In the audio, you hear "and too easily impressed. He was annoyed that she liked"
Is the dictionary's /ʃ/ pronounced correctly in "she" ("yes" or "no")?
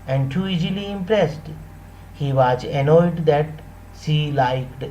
no